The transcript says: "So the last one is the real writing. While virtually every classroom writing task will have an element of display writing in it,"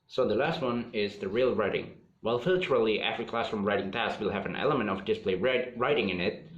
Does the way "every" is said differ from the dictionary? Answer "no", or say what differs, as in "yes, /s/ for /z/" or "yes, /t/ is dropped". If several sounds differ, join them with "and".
yes, /f/ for /v/